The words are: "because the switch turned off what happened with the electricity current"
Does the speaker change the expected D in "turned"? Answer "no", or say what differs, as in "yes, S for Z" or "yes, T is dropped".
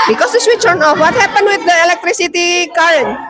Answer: yes, D is dropped